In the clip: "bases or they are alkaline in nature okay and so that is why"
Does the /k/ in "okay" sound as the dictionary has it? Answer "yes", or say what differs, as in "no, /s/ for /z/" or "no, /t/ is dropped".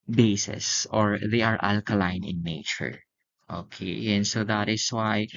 yes